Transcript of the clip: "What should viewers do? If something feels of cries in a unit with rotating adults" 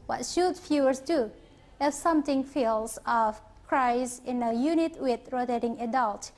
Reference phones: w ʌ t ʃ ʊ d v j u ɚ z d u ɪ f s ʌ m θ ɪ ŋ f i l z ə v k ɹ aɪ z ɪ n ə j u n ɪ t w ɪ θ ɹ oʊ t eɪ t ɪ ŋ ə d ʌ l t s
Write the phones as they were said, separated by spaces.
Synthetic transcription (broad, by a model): w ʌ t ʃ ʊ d f j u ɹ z d u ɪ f s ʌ m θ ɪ ŋ f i l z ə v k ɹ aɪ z ɪ n ə j u n ɪ t w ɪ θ ɹ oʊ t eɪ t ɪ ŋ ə d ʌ l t